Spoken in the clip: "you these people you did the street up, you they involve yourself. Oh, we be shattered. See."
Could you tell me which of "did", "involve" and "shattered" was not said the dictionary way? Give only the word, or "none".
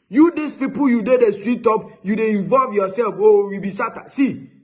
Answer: shattered